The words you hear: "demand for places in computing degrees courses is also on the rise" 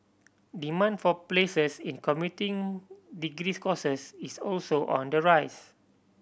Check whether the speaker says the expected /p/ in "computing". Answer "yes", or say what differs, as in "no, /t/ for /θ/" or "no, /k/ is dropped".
no, /p/ is dropped